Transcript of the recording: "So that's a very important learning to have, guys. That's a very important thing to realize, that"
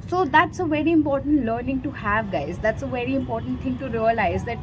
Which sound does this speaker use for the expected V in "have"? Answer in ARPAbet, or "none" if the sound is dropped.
V